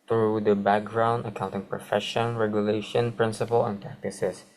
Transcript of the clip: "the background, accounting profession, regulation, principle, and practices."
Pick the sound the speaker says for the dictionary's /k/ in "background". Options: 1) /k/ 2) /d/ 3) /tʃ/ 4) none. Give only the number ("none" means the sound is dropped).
1